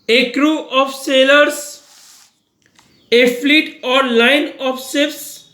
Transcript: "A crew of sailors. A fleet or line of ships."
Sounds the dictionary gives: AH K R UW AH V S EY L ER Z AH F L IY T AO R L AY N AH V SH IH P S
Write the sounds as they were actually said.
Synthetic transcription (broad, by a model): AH K R UW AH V S EY L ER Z AH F L IY T AO R L AY N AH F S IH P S